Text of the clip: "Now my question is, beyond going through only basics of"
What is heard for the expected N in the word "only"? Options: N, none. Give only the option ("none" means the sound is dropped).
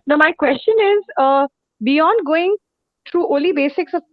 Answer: none